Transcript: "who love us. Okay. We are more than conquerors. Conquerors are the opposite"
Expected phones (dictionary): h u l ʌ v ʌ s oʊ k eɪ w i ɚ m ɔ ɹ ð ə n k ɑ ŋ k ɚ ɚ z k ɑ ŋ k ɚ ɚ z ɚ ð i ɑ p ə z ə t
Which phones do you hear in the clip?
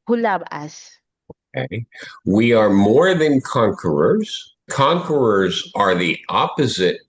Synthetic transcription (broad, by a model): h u l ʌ b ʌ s oʊ k eɪ w i ɚ m ɔ ɹ ð ə n k ɑ ŋ k ɚ ɚ z k ɑ ŋ k ɚ ɚ z ɚ ð i ɑ p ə z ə t